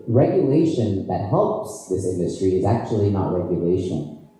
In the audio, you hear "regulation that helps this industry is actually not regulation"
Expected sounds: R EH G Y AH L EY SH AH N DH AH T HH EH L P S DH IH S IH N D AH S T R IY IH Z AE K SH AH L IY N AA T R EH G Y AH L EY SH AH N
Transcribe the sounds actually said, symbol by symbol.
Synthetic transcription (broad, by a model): R EH G Y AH L EY SH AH N DH AH T HH EH L P S DH IH S IH N D AH S T R IY IH Z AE K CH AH L IY N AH T R EH G Y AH L EY SH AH N